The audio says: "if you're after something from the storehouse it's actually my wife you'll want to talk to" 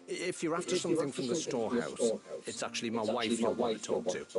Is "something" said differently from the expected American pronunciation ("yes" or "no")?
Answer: no